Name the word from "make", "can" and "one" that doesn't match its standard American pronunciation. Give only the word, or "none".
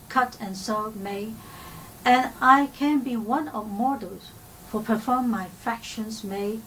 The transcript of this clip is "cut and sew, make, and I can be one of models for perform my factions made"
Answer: make